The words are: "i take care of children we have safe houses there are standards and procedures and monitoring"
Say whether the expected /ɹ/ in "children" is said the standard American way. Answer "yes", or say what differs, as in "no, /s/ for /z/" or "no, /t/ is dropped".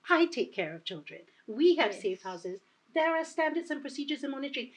yes